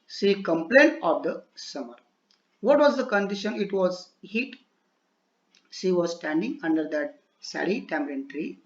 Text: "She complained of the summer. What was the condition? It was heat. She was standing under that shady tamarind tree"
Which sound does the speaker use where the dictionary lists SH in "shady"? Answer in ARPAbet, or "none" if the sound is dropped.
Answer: S